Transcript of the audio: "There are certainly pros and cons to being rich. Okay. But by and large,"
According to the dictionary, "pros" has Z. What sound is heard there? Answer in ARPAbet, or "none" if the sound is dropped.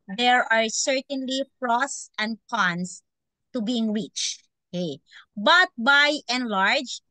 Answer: S